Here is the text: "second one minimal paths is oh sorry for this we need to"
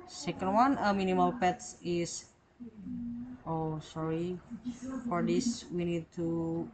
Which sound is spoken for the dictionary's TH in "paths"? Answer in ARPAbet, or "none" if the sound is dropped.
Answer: T